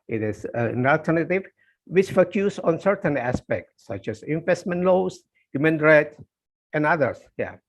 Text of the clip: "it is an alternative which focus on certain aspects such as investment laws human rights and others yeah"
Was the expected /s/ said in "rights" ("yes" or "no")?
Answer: no